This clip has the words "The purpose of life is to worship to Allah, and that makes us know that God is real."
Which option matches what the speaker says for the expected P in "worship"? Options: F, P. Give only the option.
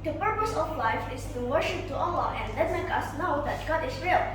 P